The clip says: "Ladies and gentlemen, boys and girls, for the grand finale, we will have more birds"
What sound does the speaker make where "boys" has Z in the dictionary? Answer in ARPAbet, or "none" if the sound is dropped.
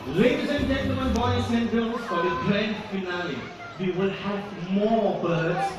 S